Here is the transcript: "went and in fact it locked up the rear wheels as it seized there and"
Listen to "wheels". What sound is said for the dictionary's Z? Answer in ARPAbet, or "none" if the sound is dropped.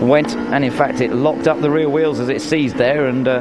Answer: Z